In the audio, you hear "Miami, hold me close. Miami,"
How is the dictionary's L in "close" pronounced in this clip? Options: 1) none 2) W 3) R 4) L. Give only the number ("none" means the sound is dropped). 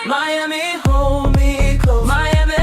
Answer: 1